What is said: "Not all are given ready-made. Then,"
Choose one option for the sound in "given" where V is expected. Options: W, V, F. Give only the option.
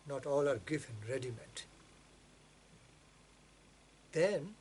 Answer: F